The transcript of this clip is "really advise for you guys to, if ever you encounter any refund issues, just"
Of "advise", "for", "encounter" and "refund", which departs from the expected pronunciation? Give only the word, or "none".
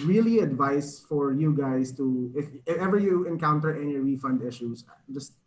advise